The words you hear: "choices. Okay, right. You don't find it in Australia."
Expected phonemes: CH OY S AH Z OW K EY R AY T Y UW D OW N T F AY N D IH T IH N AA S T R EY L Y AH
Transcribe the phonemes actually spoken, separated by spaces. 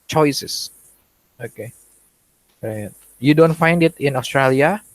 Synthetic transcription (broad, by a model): CH OY S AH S OW K EY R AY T Y UW D OW N T F AY N D IH T IH N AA S T R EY L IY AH